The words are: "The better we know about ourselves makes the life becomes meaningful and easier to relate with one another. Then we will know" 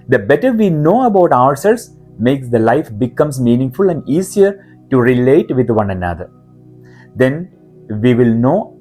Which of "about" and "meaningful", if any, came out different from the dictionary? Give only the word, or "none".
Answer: none